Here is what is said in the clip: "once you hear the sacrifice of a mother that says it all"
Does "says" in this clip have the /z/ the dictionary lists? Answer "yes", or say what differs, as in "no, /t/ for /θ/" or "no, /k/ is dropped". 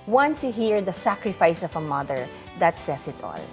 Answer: no, /s/ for /z/